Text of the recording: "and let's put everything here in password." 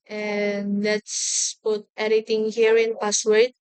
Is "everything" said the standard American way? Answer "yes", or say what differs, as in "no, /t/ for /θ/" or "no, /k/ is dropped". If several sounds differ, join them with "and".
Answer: no, /v/ is dropped and /t/ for /θ/